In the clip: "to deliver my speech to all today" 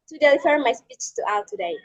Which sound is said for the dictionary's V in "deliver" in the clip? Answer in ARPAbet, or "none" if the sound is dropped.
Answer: F